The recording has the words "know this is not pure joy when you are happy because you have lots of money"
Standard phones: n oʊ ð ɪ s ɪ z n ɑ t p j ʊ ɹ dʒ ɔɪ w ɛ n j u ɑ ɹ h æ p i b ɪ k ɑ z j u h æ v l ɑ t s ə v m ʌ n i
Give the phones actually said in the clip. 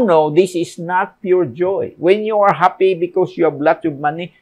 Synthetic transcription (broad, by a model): n oʊ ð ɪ s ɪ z n ɑ t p j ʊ ɹ dʒ ɔɪ w ɛ n j u ɑ ɹ h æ p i b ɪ k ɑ s j u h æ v l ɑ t ə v m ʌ n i